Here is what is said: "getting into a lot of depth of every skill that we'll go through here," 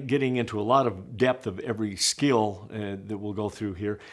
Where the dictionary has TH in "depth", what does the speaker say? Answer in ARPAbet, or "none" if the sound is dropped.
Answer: TH